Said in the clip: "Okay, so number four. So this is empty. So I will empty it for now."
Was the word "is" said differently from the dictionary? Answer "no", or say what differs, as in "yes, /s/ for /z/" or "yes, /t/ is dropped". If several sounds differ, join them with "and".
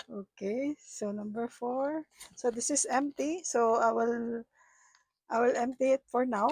yes, /s/ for /z/